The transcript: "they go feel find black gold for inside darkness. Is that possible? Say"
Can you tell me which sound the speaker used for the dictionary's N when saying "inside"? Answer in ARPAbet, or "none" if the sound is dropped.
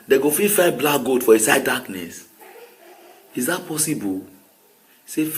none